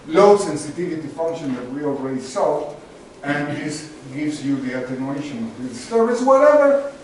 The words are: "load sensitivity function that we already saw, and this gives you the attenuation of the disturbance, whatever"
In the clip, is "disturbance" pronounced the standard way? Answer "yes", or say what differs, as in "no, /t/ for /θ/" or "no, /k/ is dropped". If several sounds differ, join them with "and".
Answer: no, /n/ is dropped